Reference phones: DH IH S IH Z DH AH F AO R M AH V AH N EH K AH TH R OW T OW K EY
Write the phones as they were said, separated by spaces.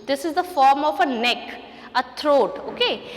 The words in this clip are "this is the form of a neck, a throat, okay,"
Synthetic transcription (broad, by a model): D IH S IH Z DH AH F AO R M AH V AH N EH K AH T R OW T OW K EY